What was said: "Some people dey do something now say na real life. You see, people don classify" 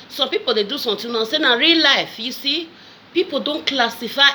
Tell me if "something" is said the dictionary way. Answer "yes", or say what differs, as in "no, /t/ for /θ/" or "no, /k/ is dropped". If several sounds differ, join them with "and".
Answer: no, /t/ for /θ/